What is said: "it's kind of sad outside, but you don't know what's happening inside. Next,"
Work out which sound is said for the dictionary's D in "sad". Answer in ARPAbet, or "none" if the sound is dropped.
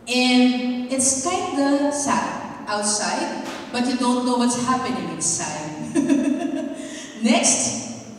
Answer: none